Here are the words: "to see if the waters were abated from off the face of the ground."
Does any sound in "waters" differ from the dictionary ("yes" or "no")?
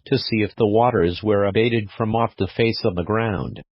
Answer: no